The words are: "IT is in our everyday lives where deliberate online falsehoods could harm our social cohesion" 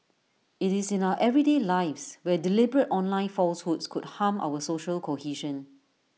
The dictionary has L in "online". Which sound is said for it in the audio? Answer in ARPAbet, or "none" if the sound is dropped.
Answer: L